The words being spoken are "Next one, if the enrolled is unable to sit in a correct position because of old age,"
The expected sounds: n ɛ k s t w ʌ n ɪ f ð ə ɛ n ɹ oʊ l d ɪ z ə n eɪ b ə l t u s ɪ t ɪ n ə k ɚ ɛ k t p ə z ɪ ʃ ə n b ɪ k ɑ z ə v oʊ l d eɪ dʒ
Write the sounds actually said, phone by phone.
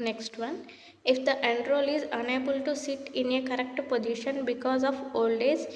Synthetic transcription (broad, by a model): n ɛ k s t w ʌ n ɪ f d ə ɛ n ɹ oʊ l ɪ z ə n eɪ b ə l t u s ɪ t ɪ n ə k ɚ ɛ k t p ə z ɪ ʃ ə n b ɪ k ɑ z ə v oʊ l d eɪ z